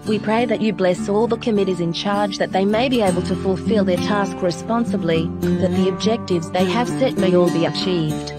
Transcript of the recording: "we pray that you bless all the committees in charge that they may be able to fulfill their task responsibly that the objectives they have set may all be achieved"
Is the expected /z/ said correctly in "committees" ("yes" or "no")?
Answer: yes